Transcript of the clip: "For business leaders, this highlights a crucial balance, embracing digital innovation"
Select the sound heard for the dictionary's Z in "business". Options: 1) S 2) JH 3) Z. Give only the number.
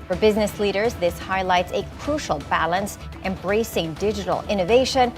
3